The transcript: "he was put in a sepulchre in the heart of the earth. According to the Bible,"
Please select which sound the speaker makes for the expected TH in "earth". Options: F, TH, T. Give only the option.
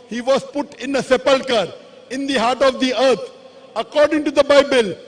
T